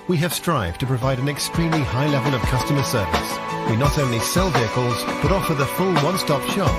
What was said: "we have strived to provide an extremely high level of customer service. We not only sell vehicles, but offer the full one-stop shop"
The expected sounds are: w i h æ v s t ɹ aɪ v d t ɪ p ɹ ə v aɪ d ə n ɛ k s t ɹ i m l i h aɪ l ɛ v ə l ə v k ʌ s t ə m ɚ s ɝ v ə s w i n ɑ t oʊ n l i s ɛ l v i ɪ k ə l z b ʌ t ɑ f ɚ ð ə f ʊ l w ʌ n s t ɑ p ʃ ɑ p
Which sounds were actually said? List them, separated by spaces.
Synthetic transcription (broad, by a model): w i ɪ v s t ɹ aɪ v t ɪ p ɹ ə v aɪ d ə n ɛ k s t ɹ i m l i h aɪ l ɛ v ə l ə v k ʌ s t ə m ɚ s ɝ v ə s w i n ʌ t oʊ n l i s ɛ l v i ɪ k ə l z b ʌ t ɑ f ɚ ð ə f ʊ l w ʌ n s t ɑ p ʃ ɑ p